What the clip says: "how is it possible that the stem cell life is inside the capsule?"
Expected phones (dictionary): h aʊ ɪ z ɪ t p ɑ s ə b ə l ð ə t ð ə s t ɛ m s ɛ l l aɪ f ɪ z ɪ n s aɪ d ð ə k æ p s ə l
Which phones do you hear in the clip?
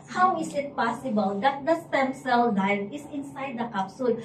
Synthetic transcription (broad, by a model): h aʊ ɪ s ɪ t p ɑ s ə b ə l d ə t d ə s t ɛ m s ɛ l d aɪ ɪ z ɪ n s aɪ d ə k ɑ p s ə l